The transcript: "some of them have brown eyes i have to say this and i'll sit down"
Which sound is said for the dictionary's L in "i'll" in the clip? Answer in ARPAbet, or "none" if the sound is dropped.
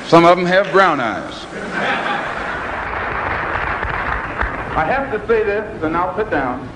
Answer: L